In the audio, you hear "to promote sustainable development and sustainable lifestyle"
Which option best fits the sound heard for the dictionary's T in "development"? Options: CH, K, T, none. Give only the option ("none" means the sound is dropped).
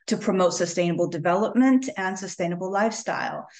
T